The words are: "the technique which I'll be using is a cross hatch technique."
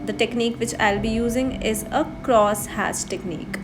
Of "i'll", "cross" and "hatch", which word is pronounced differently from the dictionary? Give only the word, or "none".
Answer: hatch